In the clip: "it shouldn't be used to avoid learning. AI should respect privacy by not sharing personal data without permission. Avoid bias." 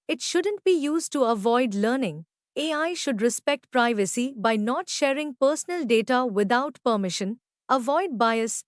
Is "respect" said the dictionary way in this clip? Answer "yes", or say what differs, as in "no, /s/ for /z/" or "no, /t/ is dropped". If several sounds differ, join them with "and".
yes